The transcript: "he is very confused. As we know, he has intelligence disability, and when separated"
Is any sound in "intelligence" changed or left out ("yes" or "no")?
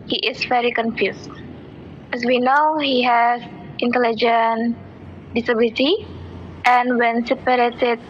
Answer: yes